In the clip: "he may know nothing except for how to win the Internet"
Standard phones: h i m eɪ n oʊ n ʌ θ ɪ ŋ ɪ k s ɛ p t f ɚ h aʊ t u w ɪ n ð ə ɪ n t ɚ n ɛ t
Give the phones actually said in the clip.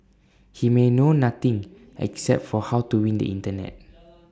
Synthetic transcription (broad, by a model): h i m eɪ n oʊ n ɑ t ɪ ŋ ɪ k s ɛ p t f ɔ h aʊ t u w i n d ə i n t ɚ n ɛ t